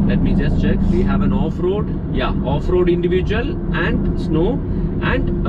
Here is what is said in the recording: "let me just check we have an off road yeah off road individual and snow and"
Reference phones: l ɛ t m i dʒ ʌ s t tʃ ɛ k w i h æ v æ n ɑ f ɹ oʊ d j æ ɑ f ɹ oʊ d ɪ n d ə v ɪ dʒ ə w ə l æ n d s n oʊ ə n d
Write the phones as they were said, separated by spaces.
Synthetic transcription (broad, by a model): l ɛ t m i dʒ ʌ s t tʃ ɛ k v i h æ v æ n ɑ f ɹ oʊ d j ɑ ɑ f ɹ oʊ d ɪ n d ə v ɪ dʒ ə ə l æ n d s n oʊ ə n d